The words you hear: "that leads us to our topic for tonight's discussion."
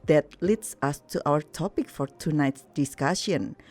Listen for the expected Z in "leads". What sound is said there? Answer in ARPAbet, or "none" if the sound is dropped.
S